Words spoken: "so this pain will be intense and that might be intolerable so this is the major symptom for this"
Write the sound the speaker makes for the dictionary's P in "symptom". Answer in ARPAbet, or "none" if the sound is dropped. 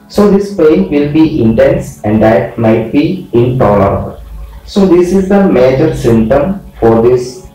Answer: none